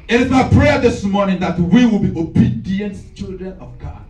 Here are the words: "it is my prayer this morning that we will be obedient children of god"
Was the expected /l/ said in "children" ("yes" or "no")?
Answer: yes